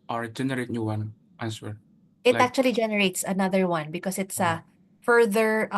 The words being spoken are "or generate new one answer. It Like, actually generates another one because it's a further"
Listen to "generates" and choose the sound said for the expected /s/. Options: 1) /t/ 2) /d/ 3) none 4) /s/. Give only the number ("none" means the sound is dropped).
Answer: 4